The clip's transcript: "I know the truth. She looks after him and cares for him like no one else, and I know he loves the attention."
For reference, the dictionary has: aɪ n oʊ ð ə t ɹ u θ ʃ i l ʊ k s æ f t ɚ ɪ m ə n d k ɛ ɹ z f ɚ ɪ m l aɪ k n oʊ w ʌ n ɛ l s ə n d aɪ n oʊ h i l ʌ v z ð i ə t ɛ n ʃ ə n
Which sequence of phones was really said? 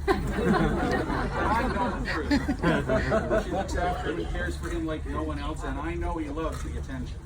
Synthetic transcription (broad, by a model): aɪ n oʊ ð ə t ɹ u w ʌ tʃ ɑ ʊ t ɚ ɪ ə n k ɛ ɹ z f ɚ ɪ m l aɪ k n oʊ w ʌ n ɛ l s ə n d aɪ n oʊ h i l ʌ v z ð i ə t ɛ n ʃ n